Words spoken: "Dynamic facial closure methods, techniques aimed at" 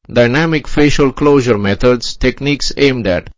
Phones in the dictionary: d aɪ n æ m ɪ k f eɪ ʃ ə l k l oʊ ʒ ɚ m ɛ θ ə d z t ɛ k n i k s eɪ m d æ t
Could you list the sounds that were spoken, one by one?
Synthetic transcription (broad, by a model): d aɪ n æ m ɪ k f eɪ ʃ ə l k l oʊ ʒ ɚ m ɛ t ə d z t ɛ k n i k s eɪ m d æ t